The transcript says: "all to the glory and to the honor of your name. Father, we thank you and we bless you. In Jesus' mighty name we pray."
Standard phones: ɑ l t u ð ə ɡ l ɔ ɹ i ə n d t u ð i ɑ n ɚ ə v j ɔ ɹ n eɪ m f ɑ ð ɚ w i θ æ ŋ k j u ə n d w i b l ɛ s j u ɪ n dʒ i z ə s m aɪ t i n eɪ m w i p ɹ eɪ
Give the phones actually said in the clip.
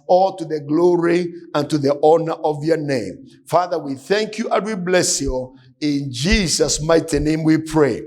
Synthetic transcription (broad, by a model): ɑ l t u ð ə ɡ l ɔ ɹ i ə n t u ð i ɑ n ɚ ə v j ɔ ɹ n eɪ m f ɑ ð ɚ w i θ æ ŋ k j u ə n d w i b l ɛ s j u ɪ n dʒ i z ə s m aɪ t i n eɪ m w i p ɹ eɪ